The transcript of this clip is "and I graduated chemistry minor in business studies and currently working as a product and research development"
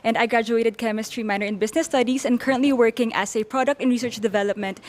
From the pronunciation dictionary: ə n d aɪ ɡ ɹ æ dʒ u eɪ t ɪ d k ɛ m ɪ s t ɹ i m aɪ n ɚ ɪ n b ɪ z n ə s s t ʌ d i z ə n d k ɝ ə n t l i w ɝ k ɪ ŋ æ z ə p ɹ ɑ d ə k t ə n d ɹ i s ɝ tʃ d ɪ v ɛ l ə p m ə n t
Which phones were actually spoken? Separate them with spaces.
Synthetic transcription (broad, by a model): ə n d aɪ ɡ ɹ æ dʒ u eɪ t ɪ d k ɛ m ɪ s t ɹ i m aɪ n ɚ ɪ n b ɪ s n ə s s t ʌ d i s ə n d k ɝ ə n t l i w ɝ k ɪ ŋ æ s ə p ɹ ɑ d ə k t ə n ɹ i s ɝ tʃ d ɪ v ɛ l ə p m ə n t